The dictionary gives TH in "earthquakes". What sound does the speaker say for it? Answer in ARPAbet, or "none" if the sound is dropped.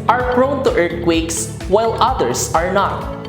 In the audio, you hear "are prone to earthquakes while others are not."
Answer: T